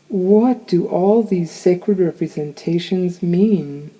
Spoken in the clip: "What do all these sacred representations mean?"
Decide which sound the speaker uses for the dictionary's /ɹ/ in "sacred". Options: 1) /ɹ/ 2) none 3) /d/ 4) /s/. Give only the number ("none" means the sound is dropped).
1